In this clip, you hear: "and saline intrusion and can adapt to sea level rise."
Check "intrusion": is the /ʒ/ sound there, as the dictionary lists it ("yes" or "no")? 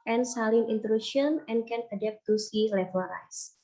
no